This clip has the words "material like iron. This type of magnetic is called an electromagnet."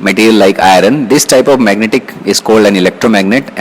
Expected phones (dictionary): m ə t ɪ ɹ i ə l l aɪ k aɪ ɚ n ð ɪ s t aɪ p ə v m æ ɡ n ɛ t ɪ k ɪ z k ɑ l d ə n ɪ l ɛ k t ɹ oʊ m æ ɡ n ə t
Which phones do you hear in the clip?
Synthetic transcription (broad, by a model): m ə t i ɹ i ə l l aɪ k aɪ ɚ n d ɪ s t aɪ p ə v m æ ɡ n ɛ t ɪ k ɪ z k ɑ l d ə n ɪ l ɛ k t ɹ oʊ m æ ɡ n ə t